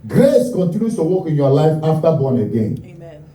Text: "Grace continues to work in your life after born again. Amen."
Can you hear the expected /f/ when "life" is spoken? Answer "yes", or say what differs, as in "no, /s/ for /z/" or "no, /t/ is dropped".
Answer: yes